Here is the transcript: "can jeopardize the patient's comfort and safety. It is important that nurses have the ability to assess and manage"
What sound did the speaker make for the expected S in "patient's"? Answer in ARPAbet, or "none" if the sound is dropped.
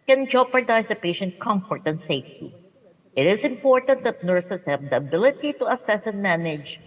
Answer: none